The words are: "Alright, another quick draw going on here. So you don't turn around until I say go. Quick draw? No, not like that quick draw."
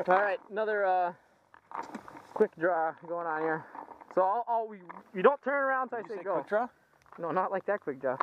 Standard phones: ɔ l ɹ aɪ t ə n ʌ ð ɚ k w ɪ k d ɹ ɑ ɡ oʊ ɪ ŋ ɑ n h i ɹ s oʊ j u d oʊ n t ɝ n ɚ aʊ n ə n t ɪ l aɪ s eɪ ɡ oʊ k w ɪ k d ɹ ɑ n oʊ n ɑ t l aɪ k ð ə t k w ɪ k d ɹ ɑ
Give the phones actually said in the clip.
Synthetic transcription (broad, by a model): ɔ l ɹ aɪ t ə n ʌ ð ɚ k w ɪ k d ɹ ɑ ɡ oʊ ɪ ŋ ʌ n h i ɹ s oʊ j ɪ d oʊ n t ɝ n ɚ aʊ n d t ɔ aɪ s eɪ ɡ oʊ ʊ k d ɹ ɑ n oʊ n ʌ t l aɪ k ð ə t k w ɪ k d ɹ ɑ